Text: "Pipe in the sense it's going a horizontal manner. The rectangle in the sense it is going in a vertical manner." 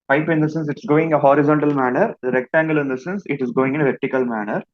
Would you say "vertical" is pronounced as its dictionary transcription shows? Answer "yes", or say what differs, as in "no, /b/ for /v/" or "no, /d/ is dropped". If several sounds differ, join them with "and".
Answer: yes